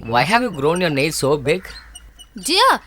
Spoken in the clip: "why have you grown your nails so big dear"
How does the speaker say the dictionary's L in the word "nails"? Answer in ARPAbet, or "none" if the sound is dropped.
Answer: none